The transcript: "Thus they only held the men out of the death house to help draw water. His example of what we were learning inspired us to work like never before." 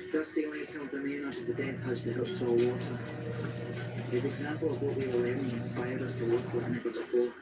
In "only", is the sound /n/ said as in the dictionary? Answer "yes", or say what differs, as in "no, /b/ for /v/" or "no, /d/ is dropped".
no, /n/ is dropped